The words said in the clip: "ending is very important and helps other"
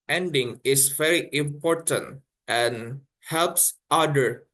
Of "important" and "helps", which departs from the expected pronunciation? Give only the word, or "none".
none